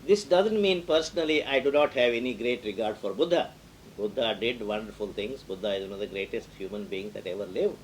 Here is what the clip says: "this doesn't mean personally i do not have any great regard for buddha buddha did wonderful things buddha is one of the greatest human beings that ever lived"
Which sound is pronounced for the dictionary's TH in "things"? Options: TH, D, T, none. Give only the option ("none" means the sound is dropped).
T